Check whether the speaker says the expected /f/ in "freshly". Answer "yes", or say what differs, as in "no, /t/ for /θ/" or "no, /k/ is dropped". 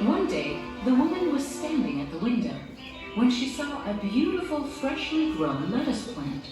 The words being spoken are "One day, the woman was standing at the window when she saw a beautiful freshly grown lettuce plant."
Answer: yes